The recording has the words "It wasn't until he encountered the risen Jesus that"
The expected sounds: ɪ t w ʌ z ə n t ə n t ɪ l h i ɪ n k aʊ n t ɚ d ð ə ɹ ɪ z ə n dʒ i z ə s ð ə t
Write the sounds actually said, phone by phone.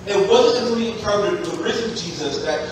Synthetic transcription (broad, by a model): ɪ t w ʌ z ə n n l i ɪ n k aʊ n t ɚ d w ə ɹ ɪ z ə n dʒ i z ə s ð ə t